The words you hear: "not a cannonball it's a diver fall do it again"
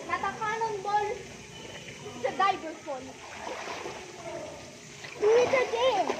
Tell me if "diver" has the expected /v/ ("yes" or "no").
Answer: no